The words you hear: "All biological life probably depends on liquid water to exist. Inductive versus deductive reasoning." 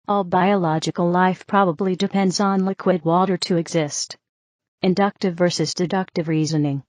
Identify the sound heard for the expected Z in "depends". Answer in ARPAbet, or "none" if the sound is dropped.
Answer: Z